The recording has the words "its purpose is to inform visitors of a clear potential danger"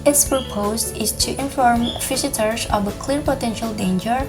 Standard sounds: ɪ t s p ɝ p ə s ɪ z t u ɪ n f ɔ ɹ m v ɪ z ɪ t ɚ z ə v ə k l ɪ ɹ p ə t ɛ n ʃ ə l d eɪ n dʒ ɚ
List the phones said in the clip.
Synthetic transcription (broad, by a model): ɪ t s p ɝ p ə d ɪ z t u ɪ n f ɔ ɹ m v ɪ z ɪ t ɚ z ə v ə k l ɪ ɹ p ə t ɛ n ʃ ə l d eɪ n dʒ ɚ